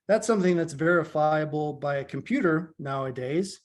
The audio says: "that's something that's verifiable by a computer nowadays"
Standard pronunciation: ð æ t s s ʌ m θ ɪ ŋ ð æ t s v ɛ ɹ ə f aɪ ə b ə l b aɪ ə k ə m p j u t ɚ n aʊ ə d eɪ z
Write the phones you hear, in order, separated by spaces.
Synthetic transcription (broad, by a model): ð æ t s s ʌ m θ ɪ ŋ ð æ t s v ɛ ɹ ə f aɪ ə b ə l b aɪ ə k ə m p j u t ɚ n aʊ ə d eɪ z